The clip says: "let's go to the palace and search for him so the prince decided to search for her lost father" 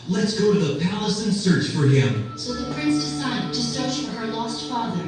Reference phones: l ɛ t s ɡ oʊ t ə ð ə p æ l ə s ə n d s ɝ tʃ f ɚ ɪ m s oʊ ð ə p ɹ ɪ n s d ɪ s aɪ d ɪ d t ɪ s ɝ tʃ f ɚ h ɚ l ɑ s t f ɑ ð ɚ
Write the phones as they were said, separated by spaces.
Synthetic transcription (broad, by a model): l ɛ t s ɡ oʊ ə ð ə p æ l ə s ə n s ɝ tʃ f ɚ ɪ m s oʊ ð ə p ɹ ɪ n s d ɪ s aɪ d ɪ d t ɪ s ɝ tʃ f ɚ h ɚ l ɑ s t f ɑ ð ɚ